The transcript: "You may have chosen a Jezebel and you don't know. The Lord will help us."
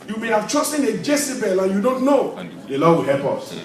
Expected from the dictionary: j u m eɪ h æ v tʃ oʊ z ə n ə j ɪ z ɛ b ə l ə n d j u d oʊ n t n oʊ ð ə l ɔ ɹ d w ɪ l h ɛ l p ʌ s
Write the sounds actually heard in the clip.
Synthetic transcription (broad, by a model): j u m eɪ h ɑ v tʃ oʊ s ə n ə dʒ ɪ s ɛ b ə l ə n j u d oʊ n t n oʊ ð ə l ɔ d w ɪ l h ɛ l p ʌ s